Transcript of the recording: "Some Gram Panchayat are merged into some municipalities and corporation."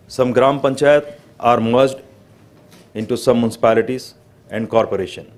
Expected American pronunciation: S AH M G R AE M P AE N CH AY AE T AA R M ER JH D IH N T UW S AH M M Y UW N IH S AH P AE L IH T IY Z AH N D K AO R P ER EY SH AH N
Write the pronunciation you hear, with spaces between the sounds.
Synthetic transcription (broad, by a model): S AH M G R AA M P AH N CH AY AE T AA R M ER JH D IH N T UW S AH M M Y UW N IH S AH P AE L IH T IY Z AH N D K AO R P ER EY SH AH N